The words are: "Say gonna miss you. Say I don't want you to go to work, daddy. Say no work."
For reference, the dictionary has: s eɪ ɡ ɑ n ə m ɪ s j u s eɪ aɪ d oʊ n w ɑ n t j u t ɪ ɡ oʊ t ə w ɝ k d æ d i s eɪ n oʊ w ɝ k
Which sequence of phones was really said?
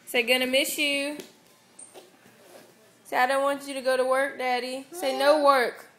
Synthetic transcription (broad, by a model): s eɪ ɡ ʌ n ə m ɪ ʃ j u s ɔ aɪ d oʊ n w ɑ n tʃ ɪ t ɪ ɡ oʊ t ə w ɝ k d æ d i s eɪ n oʊ w ɝ k